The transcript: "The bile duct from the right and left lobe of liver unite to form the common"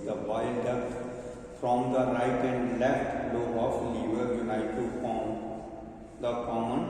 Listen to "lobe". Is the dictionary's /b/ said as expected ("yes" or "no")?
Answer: no